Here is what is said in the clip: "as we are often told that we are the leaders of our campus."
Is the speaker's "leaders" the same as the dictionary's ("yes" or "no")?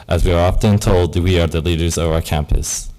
yes